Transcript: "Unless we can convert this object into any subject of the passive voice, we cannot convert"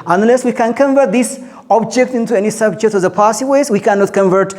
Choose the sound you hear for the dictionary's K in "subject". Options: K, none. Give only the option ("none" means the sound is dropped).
K